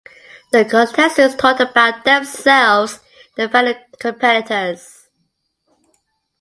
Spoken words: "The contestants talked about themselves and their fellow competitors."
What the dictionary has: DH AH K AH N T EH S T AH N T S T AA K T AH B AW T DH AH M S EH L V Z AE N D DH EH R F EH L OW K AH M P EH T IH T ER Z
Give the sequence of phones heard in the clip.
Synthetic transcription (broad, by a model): DH AH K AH N T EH S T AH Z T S T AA T AH B AW T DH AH M S EH L V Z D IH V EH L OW K AH M P EH T IH T ER Z